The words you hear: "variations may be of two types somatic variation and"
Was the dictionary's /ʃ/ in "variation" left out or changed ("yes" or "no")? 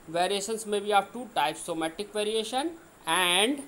no